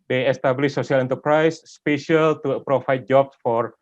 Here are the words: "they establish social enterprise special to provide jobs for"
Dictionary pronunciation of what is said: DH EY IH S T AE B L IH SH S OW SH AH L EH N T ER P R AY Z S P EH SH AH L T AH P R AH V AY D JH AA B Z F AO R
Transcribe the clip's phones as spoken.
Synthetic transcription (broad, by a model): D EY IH S T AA B L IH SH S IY AH L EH N T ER P R AY S P EH SH AH L T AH P R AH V AY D JH AA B S F AO R